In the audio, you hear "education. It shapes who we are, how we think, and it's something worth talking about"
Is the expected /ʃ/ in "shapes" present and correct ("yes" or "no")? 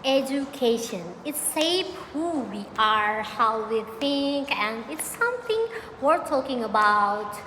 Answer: no